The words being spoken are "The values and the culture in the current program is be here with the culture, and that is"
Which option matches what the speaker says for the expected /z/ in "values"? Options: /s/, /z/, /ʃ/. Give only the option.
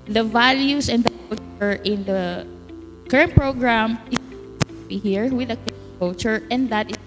/s/